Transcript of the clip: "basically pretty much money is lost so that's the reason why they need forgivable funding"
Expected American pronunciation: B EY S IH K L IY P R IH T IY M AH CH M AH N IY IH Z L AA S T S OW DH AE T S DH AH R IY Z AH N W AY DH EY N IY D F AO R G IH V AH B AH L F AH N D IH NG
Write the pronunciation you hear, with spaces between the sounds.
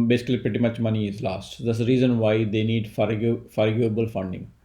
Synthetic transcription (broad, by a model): B EY S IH K L IY P R IH T IY M AH CH M AH N IY IH Z L AA S T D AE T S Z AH R IY Z AH N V AY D EY N IY D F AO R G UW AH B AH L F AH N D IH NG